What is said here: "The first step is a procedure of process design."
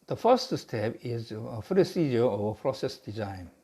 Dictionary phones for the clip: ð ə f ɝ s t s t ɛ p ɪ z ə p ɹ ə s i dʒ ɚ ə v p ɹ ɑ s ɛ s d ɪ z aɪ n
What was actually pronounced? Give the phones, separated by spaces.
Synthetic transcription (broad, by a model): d ə f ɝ s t s t ɛ p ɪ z ə f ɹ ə s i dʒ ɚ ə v p ɹ ɑ s ɛ s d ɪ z aɪ n